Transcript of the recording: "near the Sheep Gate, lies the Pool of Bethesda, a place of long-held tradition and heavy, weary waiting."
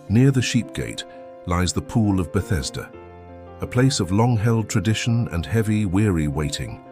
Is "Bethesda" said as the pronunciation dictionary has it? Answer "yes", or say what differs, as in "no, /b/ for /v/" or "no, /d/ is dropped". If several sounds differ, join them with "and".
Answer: yes